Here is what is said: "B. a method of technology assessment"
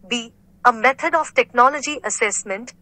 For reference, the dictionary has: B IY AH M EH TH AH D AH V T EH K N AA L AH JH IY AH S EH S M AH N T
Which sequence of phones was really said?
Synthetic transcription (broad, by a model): B IY AH M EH T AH D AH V T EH K N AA L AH JH IY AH S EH S M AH N T